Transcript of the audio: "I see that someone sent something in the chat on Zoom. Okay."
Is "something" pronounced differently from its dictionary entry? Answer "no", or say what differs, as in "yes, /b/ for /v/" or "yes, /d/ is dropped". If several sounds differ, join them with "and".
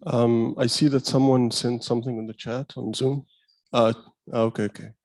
no